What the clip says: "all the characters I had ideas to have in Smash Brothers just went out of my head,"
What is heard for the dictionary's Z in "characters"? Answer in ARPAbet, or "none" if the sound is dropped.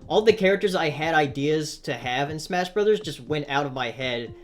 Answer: Z